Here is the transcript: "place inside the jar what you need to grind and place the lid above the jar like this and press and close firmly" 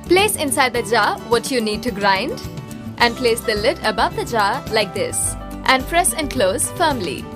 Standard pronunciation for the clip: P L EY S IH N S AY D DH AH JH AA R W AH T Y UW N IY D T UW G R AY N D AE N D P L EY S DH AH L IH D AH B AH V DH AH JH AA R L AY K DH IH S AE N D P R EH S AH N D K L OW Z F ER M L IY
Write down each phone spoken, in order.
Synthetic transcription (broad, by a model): P L EY S IH N S AY D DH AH JH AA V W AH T Y UW N IY D T UW G R AY N D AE N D P L EY S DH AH L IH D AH B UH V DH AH JH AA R L AY K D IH S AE N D F R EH SH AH N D K L OW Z F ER M L IY